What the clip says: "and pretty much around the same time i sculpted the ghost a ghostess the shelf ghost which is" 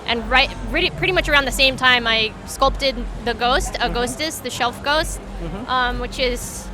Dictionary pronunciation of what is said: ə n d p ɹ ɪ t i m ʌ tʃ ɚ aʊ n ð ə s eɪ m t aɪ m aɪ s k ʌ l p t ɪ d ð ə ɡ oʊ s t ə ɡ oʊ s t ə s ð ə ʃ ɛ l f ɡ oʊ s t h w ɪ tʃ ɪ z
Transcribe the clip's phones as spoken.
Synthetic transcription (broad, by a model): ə n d p ɹ ɪ t i m ʌ tʃ ɚ aʊ n ð ə s eɪ m t aɪ m aɪ s k ʌ l p t ɪ d ð ə ɡ oʊ s t ə ɡ oʊ s t ə s ð ə ʃ ɛ l f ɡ oʊ s t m w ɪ tʃ ɪ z